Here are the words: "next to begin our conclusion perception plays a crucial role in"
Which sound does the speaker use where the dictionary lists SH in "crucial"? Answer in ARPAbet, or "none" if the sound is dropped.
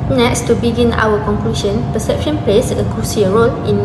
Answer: S